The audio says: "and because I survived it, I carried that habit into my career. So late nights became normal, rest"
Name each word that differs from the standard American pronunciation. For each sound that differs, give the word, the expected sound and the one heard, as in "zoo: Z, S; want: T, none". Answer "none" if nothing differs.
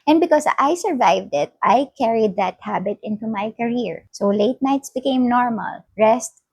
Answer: because: Z, S